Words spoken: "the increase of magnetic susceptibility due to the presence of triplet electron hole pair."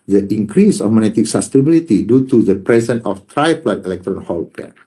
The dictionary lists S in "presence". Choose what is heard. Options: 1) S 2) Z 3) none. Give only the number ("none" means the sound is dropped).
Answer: 3